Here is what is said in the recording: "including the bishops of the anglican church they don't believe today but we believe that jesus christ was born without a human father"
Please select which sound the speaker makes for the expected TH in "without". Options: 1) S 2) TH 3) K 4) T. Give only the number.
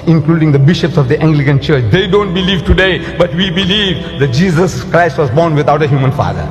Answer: 4